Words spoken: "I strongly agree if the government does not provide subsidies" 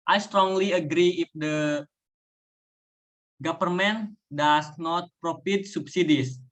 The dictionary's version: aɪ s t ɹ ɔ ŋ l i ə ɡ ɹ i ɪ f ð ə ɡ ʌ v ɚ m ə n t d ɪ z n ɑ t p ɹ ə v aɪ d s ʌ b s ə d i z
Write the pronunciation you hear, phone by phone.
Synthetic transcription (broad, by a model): aɪ s t ɹ ɔ ŋ l i ə ɡ ɹ i ɪ f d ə ɡ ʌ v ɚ m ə n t d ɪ s n ɑ t p ɹ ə f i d s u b s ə d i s